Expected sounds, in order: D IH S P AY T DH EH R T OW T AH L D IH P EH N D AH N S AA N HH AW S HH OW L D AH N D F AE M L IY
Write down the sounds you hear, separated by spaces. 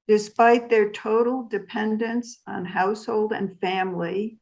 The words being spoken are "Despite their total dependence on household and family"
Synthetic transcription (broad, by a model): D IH S P AY T DH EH R T OW T L D IH P EH N D AH N S N HH AW S HH OW L D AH N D F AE M L IY